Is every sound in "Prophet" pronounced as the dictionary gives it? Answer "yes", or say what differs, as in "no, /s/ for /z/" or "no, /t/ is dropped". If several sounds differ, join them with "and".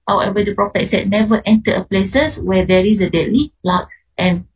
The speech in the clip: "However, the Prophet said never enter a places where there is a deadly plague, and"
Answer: yes